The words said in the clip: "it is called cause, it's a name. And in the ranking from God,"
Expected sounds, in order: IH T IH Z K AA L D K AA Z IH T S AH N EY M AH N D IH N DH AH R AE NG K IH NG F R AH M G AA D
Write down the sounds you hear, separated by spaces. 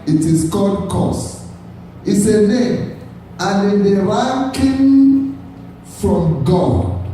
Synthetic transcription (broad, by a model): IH T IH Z K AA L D K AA S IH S AH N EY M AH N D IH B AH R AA K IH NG F R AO M G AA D